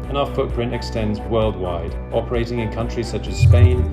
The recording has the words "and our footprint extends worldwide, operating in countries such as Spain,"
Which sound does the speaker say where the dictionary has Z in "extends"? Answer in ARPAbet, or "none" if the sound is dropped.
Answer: Z